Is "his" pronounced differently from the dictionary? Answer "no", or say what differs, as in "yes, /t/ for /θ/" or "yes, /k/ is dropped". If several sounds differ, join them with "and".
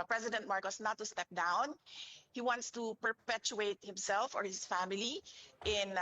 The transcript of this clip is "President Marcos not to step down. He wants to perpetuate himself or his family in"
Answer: yes, /s/ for /z/